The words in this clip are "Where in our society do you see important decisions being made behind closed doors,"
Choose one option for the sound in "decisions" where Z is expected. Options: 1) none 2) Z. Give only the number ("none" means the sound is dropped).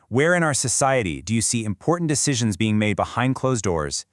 2